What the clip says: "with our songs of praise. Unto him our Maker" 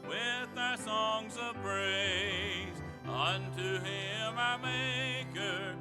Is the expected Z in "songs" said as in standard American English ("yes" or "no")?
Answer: yes